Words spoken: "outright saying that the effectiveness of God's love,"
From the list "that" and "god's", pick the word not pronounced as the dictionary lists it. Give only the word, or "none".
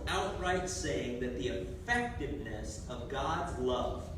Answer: none